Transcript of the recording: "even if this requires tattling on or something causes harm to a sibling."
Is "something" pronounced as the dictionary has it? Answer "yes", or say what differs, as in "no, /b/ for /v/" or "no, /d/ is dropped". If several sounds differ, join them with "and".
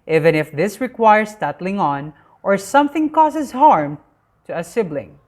yes